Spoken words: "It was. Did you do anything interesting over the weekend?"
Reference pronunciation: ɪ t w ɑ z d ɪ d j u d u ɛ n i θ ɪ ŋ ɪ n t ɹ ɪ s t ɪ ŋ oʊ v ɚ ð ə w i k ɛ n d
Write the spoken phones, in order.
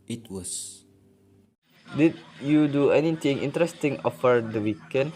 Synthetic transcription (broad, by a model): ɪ t w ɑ s d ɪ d j u d u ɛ n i t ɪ ŋ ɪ n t ɹ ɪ s t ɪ ŋ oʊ f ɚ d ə w i k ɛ n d